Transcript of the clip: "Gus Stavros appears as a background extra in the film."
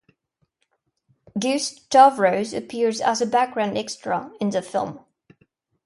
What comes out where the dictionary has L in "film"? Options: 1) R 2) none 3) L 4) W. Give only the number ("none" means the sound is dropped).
3